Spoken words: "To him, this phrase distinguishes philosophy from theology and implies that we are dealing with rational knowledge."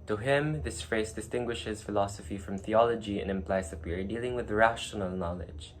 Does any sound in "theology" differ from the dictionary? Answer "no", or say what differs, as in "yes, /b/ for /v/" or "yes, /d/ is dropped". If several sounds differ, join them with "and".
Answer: no